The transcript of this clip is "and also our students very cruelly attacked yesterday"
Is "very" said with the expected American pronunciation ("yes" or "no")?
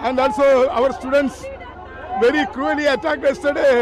yes